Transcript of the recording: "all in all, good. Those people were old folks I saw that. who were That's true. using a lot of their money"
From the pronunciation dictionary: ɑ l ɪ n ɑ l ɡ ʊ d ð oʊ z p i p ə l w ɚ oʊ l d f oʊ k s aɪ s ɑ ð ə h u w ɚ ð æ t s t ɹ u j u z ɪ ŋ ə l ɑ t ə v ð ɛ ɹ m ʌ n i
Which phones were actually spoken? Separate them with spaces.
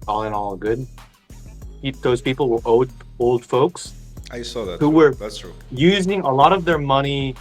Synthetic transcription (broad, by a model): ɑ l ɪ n ɑ l ɡ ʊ d ð oʊ z p i p l w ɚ oʊ l d f oʊ k s aɪ s ɑ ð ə h u w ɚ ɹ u j u z ɪ ŋ ə l ɑ t ə v ð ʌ ɹ m ʌ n i